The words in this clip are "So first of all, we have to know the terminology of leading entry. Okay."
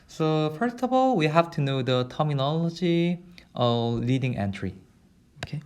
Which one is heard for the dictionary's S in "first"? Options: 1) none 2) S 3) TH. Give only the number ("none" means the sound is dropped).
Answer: 2